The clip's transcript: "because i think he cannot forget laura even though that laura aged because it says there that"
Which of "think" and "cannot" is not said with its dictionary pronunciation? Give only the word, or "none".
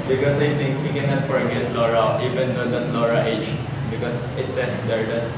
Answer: think